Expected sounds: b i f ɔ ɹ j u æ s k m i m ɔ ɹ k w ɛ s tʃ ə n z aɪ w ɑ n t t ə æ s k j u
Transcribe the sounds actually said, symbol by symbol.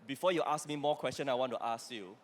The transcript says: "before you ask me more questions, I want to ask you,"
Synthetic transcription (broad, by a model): b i f ɔ j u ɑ s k m i m ɔ k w ɛ s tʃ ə n aɪ w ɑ n t t ə s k j u